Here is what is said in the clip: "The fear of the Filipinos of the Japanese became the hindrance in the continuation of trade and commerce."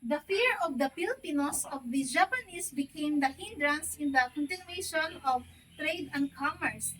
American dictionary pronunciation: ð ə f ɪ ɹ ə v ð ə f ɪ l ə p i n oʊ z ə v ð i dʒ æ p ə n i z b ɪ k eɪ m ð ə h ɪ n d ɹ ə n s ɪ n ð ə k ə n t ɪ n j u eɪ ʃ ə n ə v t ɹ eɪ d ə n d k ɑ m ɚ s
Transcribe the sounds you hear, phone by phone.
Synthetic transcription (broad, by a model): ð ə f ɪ ɹ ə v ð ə p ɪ l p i n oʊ s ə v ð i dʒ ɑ p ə n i s b ɪ k eɪ m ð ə h ɪ n d ɹ ə n s ɪ n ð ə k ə n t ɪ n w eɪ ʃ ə n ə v t ɹ eɪ d ə n d k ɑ m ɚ s